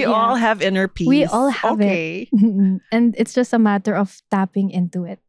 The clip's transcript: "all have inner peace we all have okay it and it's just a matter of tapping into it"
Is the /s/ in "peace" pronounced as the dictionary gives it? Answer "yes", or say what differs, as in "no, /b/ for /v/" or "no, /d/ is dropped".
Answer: no, /s/ is dropped